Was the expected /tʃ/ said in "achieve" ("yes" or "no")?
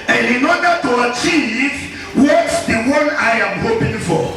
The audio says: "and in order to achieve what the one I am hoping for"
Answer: yes